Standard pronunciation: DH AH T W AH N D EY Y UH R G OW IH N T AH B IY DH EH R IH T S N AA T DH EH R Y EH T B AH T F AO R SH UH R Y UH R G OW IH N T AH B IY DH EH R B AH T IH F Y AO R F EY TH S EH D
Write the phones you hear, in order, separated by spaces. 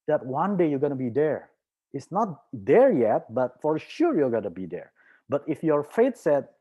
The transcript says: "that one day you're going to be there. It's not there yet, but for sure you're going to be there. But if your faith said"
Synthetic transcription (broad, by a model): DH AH T W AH N D EY Y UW G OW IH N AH B IY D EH R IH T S N AA T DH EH R Y EH T B AH T F AO R SH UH R Y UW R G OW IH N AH B IY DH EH R B AH T IH F Y AO R F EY T S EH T